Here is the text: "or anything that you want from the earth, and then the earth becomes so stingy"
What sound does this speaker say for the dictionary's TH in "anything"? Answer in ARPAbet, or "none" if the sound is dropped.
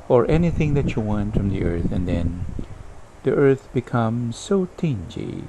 TH